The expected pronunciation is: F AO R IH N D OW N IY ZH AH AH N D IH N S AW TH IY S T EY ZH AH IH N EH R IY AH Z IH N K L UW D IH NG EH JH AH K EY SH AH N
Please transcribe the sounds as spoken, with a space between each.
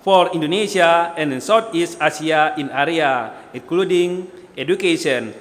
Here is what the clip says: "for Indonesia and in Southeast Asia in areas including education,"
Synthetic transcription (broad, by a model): F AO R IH N D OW N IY SH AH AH N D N S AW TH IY S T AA S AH IH N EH R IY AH IH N K L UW D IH NG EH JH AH K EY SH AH N